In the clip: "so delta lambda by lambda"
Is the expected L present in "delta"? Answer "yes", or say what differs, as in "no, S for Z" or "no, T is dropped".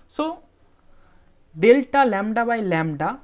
yes